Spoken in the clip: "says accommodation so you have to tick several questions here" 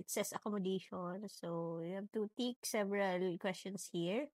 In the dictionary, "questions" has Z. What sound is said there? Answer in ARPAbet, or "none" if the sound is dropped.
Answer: S